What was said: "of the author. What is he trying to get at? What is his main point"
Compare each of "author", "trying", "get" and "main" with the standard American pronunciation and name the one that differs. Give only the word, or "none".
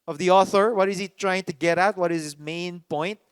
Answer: none